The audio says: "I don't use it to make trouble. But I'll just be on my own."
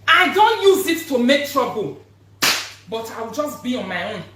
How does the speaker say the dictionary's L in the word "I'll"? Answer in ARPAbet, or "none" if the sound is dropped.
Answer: W